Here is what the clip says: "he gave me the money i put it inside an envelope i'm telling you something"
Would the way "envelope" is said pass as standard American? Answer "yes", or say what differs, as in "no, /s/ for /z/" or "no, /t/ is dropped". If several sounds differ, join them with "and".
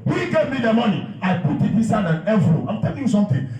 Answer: no, /n/ is dropped and /p/ is dropped